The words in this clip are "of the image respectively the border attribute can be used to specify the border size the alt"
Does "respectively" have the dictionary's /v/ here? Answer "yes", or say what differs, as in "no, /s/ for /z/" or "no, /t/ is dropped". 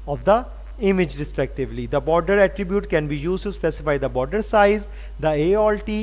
yes